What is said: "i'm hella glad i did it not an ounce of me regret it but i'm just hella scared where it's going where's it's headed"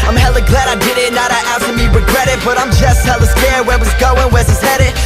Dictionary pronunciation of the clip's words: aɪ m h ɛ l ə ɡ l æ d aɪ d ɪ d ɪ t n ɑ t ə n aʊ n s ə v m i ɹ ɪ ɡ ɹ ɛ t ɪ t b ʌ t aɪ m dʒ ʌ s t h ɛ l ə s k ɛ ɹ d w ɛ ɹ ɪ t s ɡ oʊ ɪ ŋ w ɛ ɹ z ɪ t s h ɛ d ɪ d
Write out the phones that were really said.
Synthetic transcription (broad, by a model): aɪ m h ɛ l ə ɡ l æ d aɪ d ɪ d ɪ t n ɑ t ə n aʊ s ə m i ɹ ɪ ɡ ɹ ɛ t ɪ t b ʌ t aɪ m dʒ ʌ s t h ɛ l ə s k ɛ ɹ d w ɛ w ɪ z ɡ oʊ ɪ ŋ w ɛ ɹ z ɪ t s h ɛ d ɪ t